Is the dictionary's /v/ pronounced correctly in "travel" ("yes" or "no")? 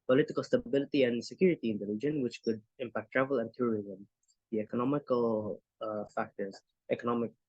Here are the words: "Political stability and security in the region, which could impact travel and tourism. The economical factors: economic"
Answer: yes